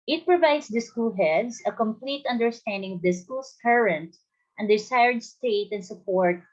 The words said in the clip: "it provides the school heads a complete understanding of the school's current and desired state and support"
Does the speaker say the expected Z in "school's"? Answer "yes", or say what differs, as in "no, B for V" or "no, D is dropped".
no, S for Z